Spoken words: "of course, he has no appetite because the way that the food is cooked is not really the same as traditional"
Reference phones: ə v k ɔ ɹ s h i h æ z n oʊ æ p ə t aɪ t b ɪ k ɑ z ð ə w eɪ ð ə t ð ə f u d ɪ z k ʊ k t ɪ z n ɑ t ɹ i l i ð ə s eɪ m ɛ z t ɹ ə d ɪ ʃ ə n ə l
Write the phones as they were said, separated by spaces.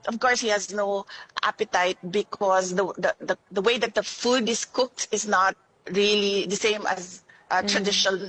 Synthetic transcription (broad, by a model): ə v k ɔ ɹ s h i h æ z n oʊ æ p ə t aɪ t b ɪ k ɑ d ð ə w eɪ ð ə t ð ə f u d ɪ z k ʊ k t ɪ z n ɑ t ɹ i l i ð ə s eɪ m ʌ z t ɹ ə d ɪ ʃ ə n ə l